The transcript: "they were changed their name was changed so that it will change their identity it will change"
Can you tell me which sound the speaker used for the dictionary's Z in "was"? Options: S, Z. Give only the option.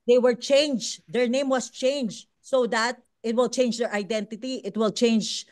S